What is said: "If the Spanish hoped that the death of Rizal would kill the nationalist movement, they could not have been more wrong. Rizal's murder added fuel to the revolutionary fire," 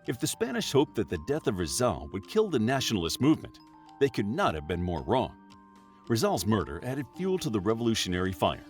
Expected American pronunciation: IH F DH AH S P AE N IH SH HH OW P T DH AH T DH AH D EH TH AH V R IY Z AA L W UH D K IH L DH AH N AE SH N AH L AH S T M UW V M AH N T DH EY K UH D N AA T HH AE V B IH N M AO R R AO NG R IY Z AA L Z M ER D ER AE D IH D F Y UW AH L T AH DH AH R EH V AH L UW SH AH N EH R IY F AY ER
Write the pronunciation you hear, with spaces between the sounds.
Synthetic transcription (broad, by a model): IH F DH AH S P AE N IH SH HH OW P DH AH T DH AH D EH TH AH V R IY Z AA L W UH D K IH L DH AH N AE SH N L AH S T M UW V M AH N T DH EY K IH D N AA T HH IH V B IH N M AO R R AO NG R IY Z AA L Z M ER D ER AE D IH D F Y UW L T AH DH AH R EH V AH L UW SH AH N EH R IY F AY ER